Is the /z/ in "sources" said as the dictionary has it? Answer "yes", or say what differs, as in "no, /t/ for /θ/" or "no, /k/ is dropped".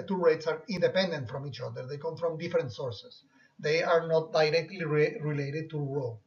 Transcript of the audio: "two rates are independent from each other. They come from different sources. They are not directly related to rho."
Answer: no, /s/ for /z/